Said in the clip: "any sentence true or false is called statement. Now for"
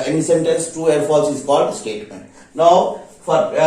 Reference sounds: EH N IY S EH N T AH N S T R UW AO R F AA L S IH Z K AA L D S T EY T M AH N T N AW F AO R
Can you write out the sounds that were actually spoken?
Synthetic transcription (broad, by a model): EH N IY S EH N T AH N S T UW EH R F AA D S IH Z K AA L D S T EY T M AH N T N AW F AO R